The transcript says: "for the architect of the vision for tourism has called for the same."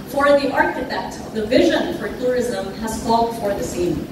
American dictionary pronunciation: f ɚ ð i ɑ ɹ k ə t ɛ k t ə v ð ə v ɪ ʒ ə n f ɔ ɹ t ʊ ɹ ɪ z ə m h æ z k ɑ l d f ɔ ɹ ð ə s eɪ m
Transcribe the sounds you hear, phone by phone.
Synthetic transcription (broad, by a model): f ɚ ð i ɑ ɹ k ə t ɛ k t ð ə v ɪ ʒ ə n f ɔ ɹ t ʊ ɹ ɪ z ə m h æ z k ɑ l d f ɔ ɹ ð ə s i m